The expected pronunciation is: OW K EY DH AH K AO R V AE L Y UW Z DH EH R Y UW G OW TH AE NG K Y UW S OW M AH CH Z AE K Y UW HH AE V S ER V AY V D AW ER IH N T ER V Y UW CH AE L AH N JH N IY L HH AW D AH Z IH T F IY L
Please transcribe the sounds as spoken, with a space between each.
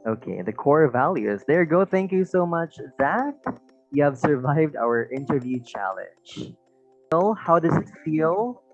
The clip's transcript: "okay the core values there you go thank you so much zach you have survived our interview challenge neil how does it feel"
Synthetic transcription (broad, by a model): OW K EY DH AH K AO R V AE L Y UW Z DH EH R G OW TH AE NG K Y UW S OW M AH CH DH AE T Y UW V S ER V AY V D AW ER IH N T ER V Y UW CH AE L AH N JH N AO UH HH AW D AH Z IH T F IY L